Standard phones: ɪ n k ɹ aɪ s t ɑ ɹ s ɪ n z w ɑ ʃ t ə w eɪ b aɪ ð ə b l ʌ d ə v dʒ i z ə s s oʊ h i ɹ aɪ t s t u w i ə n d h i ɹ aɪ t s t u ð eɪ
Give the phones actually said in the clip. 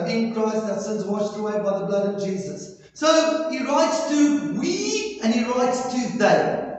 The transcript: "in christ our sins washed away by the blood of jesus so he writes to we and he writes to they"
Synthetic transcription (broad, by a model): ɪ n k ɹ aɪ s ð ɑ s ɪ n z w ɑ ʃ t ə w eɪ b aɪ ð ə b l ʌ d ə v dʒ i z ə s s oʊ h i ɹ aɪ t s t u w i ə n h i ɹ aɪ t s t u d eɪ